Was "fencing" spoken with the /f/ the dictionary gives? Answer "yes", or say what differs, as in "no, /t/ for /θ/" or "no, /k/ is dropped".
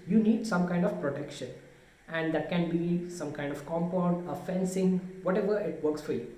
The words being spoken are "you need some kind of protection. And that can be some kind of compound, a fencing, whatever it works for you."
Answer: yes